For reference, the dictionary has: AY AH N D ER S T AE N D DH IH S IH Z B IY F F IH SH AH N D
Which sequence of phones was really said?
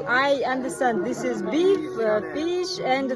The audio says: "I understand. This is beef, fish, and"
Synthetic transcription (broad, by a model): AY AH N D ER S T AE N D DH IH S IH Z B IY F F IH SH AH N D